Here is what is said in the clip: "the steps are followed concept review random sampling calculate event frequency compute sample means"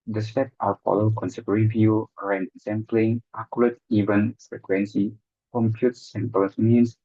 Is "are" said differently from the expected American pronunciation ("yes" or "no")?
yes